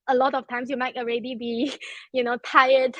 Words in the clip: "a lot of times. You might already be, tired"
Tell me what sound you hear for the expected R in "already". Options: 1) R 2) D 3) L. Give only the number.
1